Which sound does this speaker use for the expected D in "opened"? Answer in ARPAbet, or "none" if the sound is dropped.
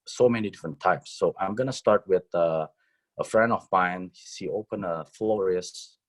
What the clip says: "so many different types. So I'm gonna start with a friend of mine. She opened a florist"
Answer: none